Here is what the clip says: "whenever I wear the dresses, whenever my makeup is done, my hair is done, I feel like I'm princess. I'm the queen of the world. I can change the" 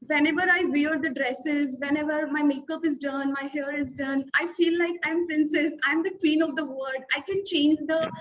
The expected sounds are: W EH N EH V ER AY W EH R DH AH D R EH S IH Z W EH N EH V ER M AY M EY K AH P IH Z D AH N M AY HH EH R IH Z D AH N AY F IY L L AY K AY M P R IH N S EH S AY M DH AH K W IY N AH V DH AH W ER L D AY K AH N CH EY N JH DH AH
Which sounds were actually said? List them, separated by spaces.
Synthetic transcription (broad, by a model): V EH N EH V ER AY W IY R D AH D R EH S IH Z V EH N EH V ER M AY M EY K AH P IH Z D AH N M AY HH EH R IH Z D AH N AY F IY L L AY K AY M P R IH N S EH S AY M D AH K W IY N AH V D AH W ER D AY K AH N CH EY N JH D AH